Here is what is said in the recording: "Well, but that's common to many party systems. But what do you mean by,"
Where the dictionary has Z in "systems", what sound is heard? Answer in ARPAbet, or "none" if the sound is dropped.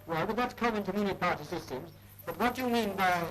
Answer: Z